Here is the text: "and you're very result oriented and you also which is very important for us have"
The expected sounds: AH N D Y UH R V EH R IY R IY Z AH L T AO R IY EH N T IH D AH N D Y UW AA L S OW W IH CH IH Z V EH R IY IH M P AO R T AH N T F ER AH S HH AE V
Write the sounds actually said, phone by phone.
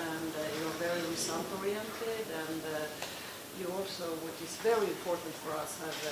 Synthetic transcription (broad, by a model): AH N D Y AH R V EH R IY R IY S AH N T AO R IY EH N T IH D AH N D Y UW AA L S OW W IH CH IH Z V EH R IY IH M P AO R T N T F ER AH S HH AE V